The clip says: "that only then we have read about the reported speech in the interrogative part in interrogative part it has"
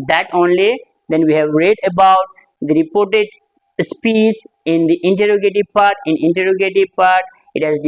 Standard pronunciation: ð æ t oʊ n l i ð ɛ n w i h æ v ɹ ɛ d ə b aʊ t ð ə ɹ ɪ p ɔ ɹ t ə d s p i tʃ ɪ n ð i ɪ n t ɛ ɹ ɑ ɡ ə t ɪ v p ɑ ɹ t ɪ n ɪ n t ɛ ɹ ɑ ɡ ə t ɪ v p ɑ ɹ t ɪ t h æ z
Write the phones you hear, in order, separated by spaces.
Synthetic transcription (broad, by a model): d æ t oʊ n l i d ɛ n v i h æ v ɹ ɛ d ə b aʊ t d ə ɹ ɪ p ɔ ɹ t ə d s p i s ɪ n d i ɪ n t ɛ ɹ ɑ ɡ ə t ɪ p ɑ ɹ t ɪ n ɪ n t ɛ ɹ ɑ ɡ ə t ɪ p ɑ ɹ t ɪ t h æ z